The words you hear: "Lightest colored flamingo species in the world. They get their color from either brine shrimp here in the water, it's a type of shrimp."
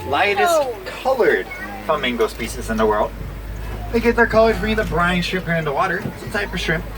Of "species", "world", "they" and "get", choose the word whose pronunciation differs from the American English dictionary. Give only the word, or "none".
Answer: species